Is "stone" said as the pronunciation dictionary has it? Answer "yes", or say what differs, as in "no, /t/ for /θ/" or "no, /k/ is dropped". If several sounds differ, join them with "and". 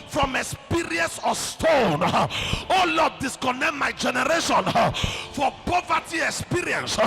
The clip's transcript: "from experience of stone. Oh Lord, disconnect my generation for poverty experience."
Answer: yes